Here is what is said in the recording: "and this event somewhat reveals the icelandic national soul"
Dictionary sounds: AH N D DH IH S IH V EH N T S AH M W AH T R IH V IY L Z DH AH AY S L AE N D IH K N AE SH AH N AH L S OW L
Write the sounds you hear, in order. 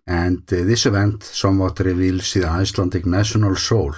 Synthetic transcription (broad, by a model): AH N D DH IH S IH V EH N T S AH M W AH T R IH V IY L S DH AH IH S L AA N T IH K N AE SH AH N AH L S OW L